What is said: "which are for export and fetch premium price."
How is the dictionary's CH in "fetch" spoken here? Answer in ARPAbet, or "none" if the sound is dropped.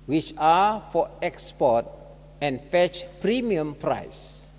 CH